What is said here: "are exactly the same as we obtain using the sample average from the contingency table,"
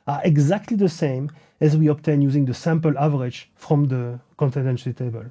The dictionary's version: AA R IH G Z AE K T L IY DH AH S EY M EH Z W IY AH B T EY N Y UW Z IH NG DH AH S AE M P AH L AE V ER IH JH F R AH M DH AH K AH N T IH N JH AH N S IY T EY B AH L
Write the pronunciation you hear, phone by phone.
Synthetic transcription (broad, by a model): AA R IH G Z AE K T L IY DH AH S EY M EH Z W IY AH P T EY N Y UW Z IH NG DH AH S AE M P AH L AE V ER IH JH F R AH M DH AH K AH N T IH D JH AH N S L T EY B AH L